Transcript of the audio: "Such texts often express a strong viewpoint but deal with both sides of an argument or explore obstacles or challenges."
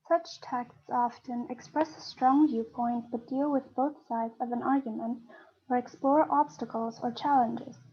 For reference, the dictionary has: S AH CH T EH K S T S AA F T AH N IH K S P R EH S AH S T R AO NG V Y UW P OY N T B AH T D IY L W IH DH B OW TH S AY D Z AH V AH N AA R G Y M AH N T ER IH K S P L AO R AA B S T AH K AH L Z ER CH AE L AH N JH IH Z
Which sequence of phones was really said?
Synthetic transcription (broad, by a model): S AH CH T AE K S T S AA F T AH N IH K S P R EH S AH S T R AO NG V Y UW P OY N T B AH T D IY L W IH DH B OW TH S AY D Z AH V AH N AA R G Y M AH N T ER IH K S P L AO R AA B S T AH K L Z ER CH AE L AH N JH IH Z